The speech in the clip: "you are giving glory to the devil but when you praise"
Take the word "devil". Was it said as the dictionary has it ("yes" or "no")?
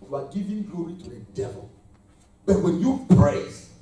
yes